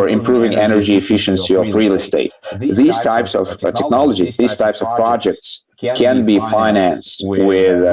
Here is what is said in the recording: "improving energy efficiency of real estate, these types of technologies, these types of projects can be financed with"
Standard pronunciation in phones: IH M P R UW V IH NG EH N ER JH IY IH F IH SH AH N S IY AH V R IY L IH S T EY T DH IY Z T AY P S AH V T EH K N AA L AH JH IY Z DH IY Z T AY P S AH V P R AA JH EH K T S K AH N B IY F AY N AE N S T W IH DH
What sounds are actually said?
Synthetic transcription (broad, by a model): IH M P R UW V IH NG EH N ER JH IY IH F IH SH AH N S IY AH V R IY L IH S T EY T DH IY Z T AY P S AH V T EH K N AA L AH JH IY Z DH IY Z T AY P S AH V P R AA JH EH K T S K AH N B IY F AY N AE N S T W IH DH